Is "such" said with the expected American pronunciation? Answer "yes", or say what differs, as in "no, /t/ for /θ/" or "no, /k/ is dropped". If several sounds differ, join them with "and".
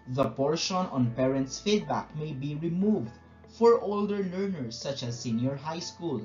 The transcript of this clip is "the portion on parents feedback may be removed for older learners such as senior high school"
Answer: yes